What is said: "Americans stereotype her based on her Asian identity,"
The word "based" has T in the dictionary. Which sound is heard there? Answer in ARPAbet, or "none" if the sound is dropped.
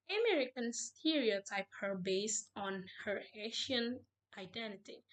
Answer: T